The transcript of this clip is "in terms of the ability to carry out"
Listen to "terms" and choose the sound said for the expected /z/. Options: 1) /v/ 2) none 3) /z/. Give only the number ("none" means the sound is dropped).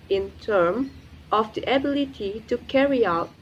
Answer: 2